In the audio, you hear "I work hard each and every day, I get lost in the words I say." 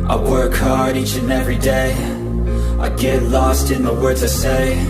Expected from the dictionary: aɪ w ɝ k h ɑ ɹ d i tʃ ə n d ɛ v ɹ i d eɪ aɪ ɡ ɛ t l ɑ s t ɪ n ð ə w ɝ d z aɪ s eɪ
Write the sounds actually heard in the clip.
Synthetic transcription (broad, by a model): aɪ w ɝ k h ɑ ɹ d i tʃ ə n ɛ v ɹ i d eɪ aɪ ɡ ɛ t l ɑ s t ɪ n ð ə w ɝ d z aɪ s eɪ